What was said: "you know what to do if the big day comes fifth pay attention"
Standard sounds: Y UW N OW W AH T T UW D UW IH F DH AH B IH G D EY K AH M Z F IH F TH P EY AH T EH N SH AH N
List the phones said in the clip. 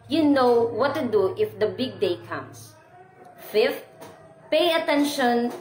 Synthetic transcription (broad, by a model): Y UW N OW W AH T T UW D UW IH F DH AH B IH G D EY K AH M S F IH F T P EY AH T EH N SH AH N